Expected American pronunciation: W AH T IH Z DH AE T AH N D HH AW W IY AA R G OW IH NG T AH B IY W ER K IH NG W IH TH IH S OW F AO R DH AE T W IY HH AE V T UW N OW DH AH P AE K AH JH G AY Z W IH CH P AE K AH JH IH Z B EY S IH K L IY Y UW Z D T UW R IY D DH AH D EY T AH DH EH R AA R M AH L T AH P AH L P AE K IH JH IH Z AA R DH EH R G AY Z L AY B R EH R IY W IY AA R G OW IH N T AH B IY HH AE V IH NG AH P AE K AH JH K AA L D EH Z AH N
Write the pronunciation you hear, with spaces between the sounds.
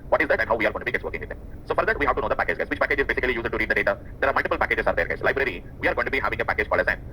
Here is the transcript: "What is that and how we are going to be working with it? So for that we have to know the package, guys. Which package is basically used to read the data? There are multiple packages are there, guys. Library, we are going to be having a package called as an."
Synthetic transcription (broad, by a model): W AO T IH Z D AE T AH N D HH AW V IY AA R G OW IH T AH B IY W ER K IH NG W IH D IH S OW F AO R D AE T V IY HH AE V T UW N OW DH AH P AE K AH JH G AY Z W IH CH P AE K AH JH IH Z B EY S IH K L IY Y UW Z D T UW R IY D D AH D EY T AH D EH R AA R M AH L T AH P AH L P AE K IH JH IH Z AA R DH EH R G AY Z L AY B R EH R IY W IY AA R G OW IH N T AH B IY HH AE V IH NG AH P AE K AH JH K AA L EH S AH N